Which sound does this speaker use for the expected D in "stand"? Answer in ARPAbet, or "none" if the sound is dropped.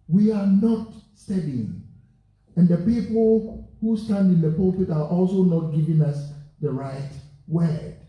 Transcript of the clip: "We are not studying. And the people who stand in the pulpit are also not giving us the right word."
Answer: D